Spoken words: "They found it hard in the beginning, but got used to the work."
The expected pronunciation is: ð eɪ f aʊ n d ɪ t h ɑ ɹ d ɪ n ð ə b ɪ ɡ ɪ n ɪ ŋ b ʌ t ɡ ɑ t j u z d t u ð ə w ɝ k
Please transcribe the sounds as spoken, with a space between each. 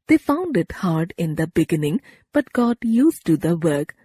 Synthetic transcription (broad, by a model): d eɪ f aʊ n d ɪ t h ɑ ɹ d ɪ n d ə b ɪ ɡ ɪ n ɪ ŋ b ʌ t ɡ ɑ t j u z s t u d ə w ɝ k